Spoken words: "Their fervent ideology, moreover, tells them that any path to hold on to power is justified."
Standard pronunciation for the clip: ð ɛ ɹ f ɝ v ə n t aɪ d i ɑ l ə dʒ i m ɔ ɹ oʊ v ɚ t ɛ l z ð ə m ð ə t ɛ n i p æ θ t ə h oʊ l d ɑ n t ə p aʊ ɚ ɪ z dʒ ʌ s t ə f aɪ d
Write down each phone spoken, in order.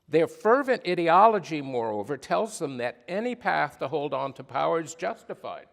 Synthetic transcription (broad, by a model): ð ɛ ɹ f ɝ v ə n t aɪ d i ɑ l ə dʒ i m ɔ ɹ oʊ v ɚ t ɛ l z ð ə m ð ə t ɛ n i p æ θ t ə h oʊ l d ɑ n t ə p aʊ ɚ z dʒ ʌ s t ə f aɪ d